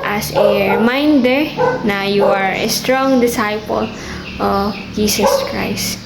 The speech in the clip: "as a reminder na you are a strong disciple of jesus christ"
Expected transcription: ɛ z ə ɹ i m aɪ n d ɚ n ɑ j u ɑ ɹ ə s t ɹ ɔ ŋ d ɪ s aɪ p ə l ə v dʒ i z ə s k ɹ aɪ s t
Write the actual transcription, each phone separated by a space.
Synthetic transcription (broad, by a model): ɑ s ə ɹ i m aɪ n d ɚ n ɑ j u ɑ ɹ ə s t ɹ ɔ ŋ d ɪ s aɪ p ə l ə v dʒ i s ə s k ɹ aɪ s t